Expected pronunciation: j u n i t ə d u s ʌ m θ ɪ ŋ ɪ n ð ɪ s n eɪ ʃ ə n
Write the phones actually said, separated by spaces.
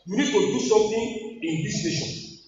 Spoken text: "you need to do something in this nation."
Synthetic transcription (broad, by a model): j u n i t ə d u s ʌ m t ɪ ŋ ɪ n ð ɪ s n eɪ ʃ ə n